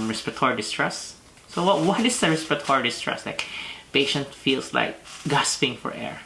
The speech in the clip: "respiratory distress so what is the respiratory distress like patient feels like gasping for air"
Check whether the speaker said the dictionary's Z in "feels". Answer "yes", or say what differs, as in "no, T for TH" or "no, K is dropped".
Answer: no, S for Z